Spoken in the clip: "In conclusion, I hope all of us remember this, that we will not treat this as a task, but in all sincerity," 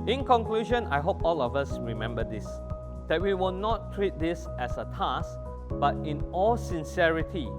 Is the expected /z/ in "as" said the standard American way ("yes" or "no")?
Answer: no